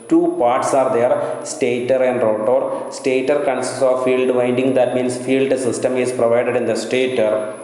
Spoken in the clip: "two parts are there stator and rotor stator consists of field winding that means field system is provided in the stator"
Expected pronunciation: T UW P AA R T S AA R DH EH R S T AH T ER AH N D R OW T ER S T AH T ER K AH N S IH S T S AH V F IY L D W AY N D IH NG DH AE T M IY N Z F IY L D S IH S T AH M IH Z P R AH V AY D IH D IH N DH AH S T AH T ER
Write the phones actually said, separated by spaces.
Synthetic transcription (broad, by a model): T UW P AA R T S AA R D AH R S T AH T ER AH N D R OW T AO S T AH T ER K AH N S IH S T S AH V F IY L D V AY N D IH NG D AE T M IY N S F IY L D S IH S T AH M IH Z P R AH V AY D IH D IH N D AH S T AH T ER